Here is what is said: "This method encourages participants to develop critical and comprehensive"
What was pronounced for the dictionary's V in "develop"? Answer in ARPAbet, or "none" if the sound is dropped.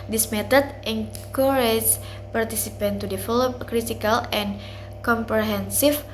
F